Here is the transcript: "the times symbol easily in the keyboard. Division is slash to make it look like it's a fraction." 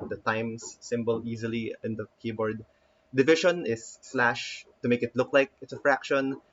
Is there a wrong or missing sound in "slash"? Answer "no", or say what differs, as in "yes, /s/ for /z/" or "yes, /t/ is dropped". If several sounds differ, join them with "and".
no